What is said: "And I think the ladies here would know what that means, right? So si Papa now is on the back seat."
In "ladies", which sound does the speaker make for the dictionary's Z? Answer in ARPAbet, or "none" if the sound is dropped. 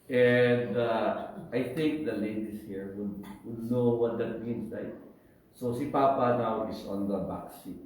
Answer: S